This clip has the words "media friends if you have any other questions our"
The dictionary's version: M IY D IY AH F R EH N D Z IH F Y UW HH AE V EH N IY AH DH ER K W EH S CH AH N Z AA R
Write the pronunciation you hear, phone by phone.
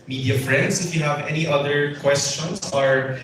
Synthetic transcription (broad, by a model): M IY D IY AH F R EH N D S IH F Y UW HH AE V EH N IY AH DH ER K W EH S CH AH N S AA R